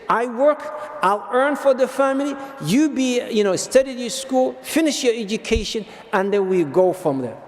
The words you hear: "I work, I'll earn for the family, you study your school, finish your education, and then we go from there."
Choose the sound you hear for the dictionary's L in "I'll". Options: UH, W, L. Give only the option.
L